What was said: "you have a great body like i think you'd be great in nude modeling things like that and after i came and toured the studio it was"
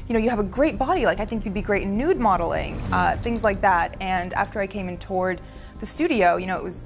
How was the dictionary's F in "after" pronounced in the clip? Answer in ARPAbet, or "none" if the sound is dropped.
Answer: F